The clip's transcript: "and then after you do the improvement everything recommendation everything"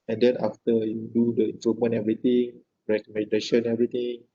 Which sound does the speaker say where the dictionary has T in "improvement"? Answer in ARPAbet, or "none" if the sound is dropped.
none